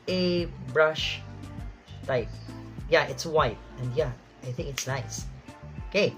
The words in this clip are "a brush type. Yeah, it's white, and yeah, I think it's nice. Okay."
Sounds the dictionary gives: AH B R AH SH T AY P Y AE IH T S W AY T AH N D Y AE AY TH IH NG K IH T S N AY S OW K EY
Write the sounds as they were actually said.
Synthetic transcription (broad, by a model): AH B R AH SH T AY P Y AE IH T S W AY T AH N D Y AE AY TH IH NG K IH T S N AY S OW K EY